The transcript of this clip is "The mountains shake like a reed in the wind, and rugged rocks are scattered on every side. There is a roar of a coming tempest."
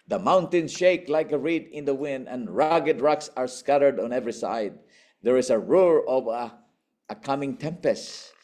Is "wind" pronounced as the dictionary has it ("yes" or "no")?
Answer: yes